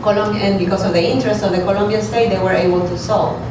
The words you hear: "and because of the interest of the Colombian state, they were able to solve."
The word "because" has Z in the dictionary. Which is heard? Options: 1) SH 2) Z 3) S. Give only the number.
3